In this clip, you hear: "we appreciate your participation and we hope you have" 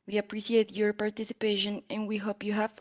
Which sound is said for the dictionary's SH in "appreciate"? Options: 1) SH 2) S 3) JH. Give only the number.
2